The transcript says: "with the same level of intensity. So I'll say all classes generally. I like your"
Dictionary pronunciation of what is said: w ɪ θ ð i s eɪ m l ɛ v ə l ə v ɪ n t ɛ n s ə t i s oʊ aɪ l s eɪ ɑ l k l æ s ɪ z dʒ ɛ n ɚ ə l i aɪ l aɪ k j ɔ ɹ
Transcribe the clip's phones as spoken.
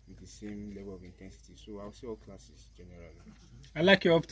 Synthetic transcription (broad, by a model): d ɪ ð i s eɪ m l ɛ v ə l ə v ɪ n t ɛ n s ə t i s oʊ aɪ w s eɪ ɑ l k l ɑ s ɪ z dʒ ɛ n ɚ ə l i aɪ l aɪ k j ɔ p